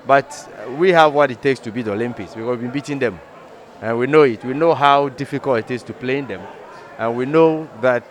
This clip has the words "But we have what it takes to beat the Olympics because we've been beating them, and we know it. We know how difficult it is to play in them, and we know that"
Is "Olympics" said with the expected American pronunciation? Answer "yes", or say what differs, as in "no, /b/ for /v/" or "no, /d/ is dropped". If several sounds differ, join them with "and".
no, /k/ is dropped